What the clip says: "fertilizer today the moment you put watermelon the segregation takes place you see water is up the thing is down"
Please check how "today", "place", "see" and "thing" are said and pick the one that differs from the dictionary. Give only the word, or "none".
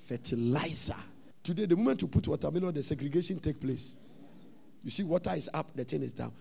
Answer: thing